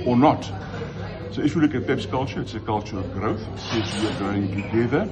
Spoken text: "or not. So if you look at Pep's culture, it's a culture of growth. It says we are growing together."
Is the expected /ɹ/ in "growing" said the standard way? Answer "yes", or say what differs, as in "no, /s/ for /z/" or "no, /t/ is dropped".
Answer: no, /ɹ/ is dropped